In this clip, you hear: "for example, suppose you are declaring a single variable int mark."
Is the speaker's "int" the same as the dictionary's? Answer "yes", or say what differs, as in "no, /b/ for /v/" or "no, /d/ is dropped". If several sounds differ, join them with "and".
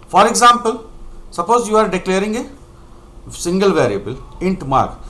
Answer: yes